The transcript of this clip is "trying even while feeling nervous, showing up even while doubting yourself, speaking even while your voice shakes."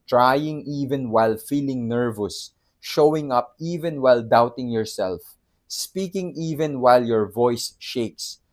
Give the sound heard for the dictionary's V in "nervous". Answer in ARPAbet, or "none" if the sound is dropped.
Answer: V